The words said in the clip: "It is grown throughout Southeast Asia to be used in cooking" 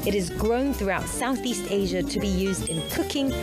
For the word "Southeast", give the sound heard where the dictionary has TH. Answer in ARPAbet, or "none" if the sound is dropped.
TH